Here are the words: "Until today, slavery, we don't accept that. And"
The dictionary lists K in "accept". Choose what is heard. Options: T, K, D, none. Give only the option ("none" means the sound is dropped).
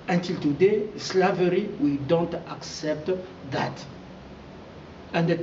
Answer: K